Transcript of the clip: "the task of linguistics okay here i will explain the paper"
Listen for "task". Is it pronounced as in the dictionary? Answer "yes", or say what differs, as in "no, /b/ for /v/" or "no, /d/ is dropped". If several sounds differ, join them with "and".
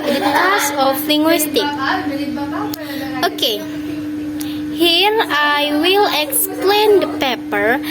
no, /k/ is dropped